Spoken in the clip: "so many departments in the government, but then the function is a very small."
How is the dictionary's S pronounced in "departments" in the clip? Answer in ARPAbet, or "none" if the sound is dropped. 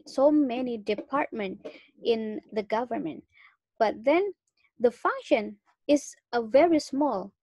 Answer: none